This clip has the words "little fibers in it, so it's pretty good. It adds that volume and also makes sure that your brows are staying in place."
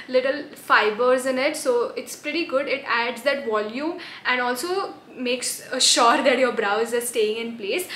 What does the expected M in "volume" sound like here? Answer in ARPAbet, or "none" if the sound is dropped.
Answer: none